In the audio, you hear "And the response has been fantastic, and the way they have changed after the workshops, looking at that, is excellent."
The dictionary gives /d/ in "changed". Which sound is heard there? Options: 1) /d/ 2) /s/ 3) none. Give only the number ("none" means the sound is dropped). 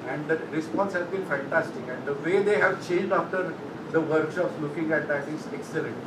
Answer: 1